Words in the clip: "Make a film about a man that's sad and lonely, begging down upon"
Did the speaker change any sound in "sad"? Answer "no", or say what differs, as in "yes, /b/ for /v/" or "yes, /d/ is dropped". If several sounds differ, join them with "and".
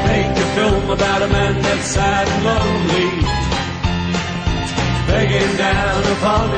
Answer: yes, /d/ is dropped